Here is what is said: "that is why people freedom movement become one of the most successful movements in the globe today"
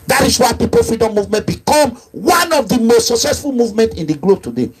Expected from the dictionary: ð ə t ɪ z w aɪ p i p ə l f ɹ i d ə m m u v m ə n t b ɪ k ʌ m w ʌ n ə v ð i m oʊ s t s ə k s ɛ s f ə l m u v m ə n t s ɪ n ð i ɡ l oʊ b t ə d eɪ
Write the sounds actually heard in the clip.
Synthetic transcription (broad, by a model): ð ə t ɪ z w aɪ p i p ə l f ɹ i d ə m m u v m ə n t b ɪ k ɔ m w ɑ n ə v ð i m oʊ s t s ə k s ɛ s f ə l m u v m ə n t ɪ n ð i ɡ l oʊ b t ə d eɪ